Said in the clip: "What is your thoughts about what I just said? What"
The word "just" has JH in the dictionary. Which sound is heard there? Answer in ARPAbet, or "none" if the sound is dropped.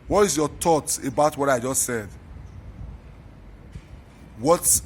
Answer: JH